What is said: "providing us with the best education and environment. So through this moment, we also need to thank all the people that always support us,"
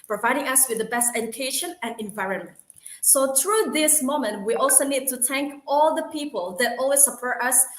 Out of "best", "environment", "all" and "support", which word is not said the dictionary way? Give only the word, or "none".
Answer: none